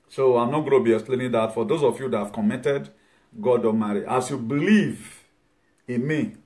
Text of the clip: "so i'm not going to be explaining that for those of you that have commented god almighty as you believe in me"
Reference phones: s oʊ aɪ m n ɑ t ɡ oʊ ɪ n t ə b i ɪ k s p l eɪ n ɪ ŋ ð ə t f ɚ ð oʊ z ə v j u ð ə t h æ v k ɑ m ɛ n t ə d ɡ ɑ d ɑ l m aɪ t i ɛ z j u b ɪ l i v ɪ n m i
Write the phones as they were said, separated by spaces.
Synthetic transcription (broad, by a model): s oʊ aɪ m n ɑ t ɡ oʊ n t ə b i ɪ k s p l eɪ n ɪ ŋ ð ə t f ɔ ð oʊ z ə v j u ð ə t h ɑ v k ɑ m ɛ t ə d ɡ ɑ d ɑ m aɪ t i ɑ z j u b ɪ l i v ɪ n m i